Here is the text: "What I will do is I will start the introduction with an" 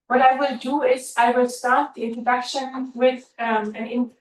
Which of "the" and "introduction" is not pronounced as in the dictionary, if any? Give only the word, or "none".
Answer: introduction